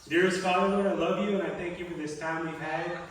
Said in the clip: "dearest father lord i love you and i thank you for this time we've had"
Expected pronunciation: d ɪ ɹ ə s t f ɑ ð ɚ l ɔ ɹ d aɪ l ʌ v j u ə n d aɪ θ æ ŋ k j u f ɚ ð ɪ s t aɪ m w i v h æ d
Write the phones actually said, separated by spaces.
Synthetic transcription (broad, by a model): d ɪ ɹ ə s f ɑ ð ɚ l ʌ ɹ aɪ l ʌ v j u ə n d aɪ θ æ ŋ k j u f ɚ ð ɪ s t aɪ m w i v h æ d